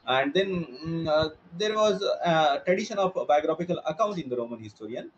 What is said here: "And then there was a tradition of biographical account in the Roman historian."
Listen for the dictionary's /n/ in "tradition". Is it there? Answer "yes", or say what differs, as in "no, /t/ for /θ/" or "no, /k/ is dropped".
yes